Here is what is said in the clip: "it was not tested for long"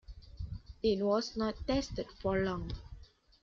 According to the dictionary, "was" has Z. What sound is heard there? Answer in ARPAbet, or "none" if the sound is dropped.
S